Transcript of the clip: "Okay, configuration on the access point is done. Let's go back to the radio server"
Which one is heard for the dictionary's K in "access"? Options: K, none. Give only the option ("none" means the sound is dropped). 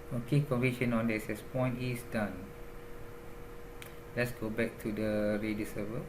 none